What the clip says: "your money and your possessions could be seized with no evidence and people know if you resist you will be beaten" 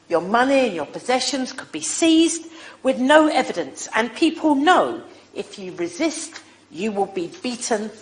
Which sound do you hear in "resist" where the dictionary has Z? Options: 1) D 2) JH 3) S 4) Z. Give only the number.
4